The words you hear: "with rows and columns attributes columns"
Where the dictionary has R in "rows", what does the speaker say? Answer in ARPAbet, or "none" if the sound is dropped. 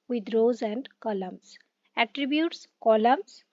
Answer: R